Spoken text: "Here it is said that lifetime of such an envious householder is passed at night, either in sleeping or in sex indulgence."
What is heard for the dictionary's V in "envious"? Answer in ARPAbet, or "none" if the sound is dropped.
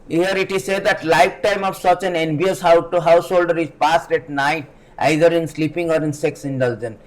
B